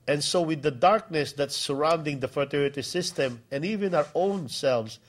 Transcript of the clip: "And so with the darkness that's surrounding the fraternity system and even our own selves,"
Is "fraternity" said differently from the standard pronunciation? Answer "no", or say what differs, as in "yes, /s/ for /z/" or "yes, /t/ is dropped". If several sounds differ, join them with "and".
yes, /n/ is dropped